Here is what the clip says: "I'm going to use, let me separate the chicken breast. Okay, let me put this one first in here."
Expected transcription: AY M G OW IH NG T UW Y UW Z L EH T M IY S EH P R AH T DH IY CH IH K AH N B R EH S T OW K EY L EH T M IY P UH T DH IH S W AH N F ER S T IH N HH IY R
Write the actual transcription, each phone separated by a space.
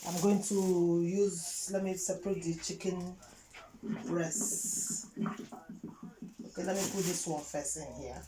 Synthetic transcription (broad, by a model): AY M G OW IH NG T UW Y UW Z L EH T M IY S EH P R AH T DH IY CH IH K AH N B R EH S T OW K EY L EH T M IY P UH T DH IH S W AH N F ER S IH N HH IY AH